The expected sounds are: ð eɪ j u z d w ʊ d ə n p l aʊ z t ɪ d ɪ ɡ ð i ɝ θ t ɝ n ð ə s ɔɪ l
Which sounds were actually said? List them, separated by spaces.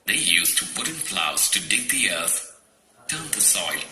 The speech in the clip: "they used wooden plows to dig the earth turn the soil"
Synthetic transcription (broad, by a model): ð eɪ j u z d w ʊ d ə n f l aʊ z t ɪ d ɪ ɡ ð i ɝ θ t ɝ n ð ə s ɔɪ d